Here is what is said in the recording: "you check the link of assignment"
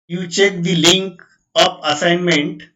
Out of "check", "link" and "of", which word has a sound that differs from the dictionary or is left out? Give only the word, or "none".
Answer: of